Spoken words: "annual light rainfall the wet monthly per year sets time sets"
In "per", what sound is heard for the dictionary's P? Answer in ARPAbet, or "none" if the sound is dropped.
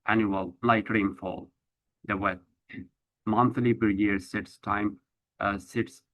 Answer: B